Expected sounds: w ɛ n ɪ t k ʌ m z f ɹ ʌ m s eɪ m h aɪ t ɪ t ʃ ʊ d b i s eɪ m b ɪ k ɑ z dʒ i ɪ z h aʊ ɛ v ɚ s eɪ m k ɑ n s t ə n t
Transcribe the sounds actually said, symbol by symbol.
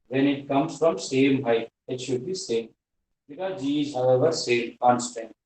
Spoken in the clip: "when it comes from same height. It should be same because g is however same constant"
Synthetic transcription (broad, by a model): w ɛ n ɪ t k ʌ m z f ɹ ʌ m s eɪ m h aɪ ɪ t ʃ ʊ d b i s eɪ m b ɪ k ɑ dʒ i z h aʊ ɛ v ɚ s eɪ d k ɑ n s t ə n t